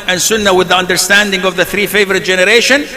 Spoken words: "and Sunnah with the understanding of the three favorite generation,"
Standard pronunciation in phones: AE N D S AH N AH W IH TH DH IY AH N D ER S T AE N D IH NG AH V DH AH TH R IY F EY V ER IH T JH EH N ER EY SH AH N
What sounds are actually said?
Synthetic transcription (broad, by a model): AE N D S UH N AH W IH DH IY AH N D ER S T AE N D IH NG AH V DH AH TH R IY F EY V ER IH T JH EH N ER EY SH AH N